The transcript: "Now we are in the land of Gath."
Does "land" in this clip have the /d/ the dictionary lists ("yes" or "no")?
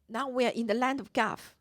yes